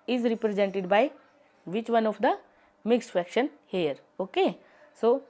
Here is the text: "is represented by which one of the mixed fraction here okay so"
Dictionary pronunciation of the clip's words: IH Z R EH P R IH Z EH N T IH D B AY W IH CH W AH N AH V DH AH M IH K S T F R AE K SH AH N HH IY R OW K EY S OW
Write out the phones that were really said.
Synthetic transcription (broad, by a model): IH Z R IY P R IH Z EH N T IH D B AY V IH CH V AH N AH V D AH M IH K S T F AE K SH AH N HH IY R OW K EY S OW